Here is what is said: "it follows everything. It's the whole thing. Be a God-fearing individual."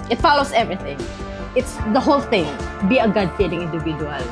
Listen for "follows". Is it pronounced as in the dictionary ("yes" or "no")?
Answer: no